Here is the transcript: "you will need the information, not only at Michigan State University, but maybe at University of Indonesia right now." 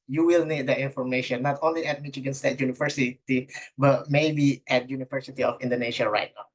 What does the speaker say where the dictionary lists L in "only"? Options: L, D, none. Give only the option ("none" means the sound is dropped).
L